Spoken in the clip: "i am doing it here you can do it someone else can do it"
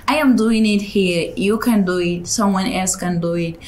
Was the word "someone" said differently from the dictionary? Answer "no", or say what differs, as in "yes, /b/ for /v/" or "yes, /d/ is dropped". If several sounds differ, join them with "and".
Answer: no